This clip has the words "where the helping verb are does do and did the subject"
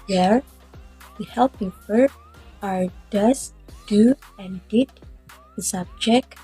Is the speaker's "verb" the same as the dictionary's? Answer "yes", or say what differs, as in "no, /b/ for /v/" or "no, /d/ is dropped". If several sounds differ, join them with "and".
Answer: no, /f/ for /v/ and /b/ is dropped